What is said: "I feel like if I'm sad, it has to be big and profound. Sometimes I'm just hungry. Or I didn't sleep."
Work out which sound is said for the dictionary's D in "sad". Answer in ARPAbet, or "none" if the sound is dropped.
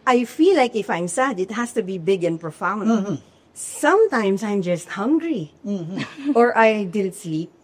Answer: D